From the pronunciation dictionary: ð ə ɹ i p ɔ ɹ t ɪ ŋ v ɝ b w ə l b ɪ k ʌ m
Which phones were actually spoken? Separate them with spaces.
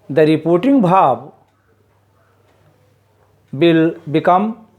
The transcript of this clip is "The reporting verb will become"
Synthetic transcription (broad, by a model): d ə ɹ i p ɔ ɹ t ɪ ŋ b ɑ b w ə l b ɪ k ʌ m